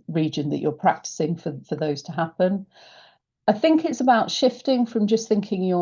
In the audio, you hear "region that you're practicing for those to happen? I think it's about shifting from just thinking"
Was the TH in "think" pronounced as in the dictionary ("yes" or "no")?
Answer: yes